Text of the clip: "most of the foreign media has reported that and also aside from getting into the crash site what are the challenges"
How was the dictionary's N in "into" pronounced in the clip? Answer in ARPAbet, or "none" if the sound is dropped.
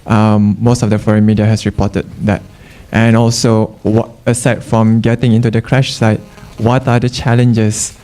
N